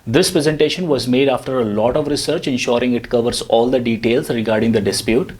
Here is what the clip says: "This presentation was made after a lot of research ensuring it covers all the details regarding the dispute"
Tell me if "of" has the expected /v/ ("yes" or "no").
yes